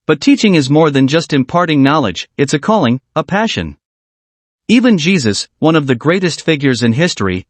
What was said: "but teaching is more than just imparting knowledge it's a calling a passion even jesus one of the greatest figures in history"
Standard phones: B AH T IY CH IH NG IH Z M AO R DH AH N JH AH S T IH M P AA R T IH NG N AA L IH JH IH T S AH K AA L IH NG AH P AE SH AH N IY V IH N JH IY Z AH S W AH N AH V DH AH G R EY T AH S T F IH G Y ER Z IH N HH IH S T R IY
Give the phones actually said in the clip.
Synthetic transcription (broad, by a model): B AH T IY CH IH NG IH Z M AO R DH AH N JH AH S T IH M P AA R T IH NG N AA L IH JH IH T S AH K AA L IH NG AH P AE SH AH N IY V IH N JH IY Z AH S W AH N AH V DH AH G R EY T AH S T F IH G Y ER Z IH N HH IH S T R IY